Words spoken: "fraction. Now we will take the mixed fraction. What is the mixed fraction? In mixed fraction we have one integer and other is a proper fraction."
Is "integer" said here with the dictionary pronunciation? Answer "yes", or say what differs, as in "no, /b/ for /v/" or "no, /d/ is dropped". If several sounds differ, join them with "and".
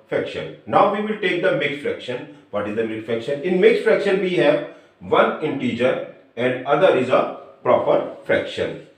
yes